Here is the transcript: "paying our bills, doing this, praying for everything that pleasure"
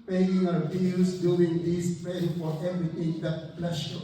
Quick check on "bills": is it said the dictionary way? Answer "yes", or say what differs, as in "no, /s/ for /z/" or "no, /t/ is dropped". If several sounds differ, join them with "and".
no, /z/ is dropped